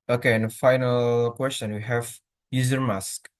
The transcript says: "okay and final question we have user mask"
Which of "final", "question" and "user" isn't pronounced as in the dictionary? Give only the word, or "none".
none